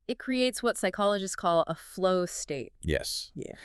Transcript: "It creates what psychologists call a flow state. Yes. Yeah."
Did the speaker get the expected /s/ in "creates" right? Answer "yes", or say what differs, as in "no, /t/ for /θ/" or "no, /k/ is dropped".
yes